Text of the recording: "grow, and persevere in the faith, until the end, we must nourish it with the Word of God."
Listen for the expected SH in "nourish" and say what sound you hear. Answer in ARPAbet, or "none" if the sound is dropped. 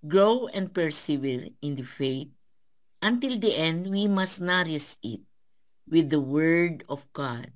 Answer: S